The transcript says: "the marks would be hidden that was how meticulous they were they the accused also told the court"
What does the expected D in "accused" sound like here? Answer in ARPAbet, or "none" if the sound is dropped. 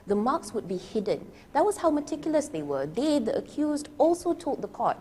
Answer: D